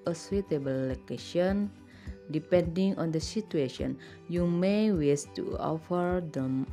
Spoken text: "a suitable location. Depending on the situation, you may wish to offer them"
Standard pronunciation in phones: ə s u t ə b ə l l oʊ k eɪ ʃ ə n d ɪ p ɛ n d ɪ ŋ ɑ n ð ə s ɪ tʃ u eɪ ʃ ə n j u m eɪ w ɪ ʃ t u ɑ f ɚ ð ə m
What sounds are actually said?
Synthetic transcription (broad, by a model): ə s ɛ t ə b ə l l oʊ k eɪ ʃ ə n d ɪ p ɛ n d ɪ ŋ ɑ n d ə s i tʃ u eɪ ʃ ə n j u m eɪ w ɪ s t u ɑ f ɚ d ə m